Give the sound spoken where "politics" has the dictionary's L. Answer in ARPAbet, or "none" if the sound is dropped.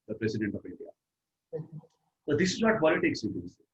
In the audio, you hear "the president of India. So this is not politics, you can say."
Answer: none